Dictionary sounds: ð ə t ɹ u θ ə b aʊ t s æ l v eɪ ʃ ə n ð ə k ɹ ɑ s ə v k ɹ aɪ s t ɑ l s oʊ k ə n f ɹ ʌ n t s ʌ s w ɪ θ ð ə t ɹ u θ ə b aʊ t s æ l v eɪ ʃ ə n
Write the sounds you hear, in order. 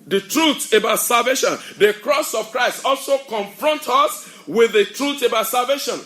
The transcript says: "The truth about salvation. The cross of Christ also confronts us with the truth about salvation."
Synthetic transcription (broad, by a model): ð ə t ɹ u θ ə b aʊ t s æ l v eɪ ʃ ə n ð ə k ɹ ɑ s ə v k ɹ aɪ s t ɑ l s oʊ k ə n f ɹ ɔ n t ʌ s w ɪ ð ə t ɹ u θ ə b aʊ t s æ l v eɪ ʃ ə n